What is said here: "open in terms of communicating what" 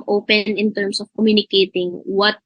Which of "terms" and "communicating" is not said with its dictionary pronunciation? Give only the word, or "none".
terms